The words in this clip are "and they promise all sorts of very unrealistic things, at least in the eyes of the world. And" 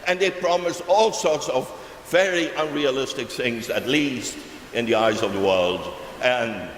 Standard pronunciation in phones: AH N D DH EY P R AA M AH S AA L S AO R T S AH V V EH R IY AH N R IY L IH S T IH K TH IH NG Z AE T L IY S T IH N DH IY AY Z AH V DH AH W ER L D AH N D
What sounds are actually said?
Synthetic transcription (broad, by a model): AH N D DH EY P R AA M AH S AA L S AO R T S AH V V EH R IY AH N R IY L IH S T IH K TH IH NG Z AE T L IY S T IH N DH IY AY Z AH V DH AH W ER L D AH N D